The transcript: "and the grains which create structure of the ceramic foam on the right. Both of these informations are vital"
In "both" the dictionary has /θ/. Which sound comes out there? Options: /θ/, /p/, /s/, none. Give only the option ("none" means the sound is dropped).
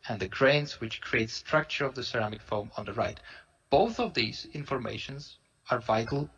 /θ/